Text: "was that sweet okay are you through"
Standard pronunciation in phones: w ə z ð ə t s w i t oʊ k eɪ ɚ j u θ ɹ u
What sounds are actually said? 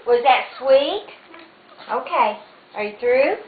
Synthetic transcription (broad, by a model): w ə z ð ə t s w i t oʊ k eɪ ɚ j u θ ɹ u